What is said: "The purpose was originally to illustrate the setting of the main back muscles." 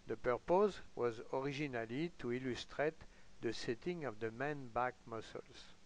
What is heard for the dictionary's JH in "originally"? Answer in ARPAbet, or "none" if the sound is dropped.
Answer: ZH